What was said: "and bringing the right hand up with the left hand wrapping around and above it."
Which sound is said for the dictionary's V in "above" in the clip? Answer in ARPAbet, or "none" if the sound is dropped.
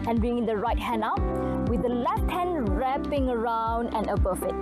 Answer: F